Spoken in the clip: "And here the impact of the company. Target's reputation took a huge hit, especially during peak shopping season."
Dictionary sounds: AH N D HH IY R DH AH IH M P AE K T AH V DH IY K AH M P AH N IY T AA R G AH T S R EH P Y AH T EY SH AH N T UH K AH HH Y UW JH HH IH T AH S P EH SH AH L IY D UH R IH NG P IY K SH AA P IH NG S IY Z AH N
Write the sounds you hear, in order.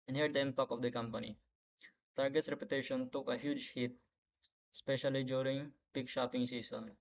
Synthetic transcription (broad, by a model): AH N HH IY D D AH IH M P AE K AH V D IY K AH M P AH N IY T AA R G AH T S R EH P Y AH T EY SH AH N T UH K AH HH Y UW JH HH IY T S P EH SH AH L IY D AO R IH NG P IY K SH AA P IH NG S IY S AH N